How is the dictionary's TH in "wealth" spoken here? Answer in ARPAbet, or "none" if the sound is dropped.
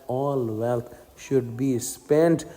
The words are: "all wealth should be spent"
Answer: T